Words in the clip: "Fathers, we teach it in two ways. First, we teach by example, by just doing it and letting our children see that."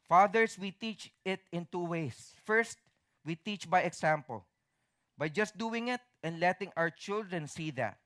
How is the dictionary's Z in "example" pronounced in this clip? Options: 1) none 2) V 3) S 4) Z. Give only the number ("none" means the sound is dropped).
3